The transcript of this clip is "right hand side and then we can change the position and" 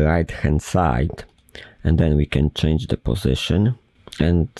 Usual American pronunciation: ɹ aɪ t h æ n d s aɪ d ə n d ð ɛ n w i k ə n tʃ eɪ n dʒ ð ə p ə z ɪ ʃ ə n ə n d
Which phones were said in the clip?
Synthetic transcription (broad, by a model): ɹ aɪ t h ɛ n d s aɪ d ə n d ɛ n w i k ə n tʃ eɪ n dʒ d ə p ə z ɪ ʃ ə n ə n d